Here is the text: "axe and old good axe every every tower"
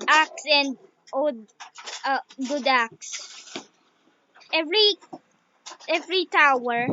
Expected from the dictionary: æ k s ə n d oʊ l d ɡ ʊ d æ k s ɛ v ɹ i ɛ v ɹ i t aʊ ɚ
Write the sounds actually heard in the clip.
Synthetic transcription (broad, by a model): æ k s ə n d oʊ d ɡ ʊ d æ k s ɛ v ɹ i ɛ v ɹ i t aʊ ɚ